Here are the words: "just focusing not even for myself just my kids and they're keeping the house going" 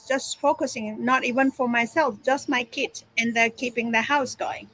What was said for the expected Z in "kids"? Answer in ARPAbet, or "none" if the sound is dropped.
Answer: S